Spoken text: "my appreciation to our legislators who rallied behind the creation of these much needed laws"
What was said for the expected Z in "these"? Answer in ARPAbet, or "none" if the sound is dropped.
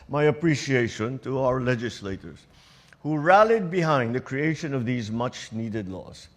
Z